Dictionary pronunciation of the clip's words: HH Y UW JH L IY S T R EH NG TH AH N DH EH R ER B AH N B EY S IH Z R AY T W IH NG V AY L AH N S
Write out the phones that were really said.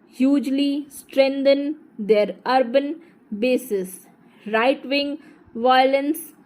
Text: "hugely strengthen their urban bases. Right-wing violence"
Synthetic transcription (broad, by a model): HH Y UW JH L IY S T R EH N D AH N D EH R ER B AH N B EY S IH S R AY T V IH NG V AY L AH N S